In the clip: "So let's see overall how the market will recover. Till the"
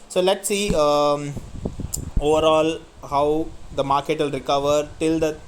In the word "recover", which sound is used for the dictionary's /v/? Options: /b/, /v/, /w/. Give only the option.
/v/